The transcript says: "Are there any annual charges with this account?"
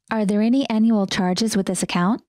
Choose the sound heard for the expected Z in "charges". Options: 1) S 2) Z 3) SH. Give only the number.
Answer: 2